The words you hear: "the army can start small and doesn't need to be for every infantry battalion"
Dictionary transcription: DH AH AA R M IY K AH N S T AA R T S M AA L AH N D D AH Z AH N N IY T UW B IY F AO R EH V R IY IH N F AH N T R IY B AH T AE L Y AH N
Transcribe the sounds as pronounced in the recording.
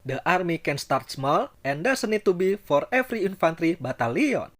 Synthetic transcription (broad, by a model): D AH AA R M IY K AH N S T AA R T S M AA L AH N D D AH S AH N N IY T UW B IY F AO R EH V R IY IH N F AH N T R IY B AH T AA L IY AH N